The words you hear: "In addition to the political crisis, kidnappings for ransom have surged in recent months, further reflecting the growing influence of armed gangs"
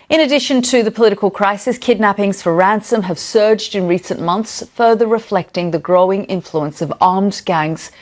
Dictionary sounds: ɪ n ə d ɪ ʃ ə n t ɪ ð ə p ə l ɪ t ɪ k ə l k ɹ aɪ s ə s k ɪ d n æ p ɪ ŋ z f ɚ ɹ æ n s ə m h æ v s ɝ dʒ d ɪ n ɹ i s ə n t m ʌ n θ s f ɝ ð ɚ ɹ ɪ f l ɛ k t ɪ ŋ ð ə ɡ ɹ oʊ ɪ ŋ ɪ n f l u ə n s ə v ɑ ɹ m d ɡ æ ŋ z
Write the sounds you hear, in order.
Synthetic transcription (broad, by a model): ɪ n ə d ɪ ʃ ə n t ɪ ð ə p ə l ɪ t ɪ k ə l k ɹ aɪ s ə s k ɪ d n æ p ɪ ŋ z f ɚ ɹ æ n s ə m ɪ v s ɝ dʒ d ɪ n ɹ i s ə n m ʌ n θ s f ɝ ð ɚ ɹ ɪ f l ɛ k t ɪ ŋ ð ə ɡ ɹ oʊ ɪ ŋ ɪ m f l u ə n s ə v ɑ ɹ m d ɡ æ ŋ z